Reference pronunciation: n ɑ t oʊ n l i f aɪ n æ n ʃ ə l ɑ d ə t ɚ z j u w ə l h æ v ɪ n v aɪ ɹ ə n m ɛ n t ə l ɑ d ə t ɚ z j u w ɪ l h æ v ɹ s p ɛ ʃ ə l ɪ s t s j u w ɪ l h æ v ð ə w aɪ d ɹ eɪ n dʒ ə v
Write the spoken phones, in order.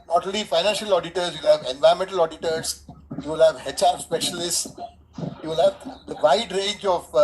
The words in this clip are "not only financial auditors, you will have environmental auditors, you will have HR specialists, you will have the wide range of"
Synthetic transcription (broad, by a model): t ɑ t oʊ l i f aɪ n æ n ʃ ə l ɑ d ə t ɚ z j u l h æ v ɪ n v aɪ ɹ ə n m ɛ n t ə l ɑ d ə t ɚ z j u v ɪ l h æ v ɹ s p ɛ ʃ ə l ɪ s t s j u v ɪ l h æ v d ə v aɪ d ɹ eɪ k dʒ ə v